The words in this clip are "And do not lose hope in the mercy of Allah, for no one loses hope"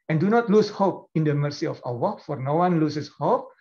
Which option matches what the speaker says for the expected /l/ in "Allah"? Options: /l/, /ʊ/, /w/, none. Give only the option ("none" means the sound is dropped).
/w/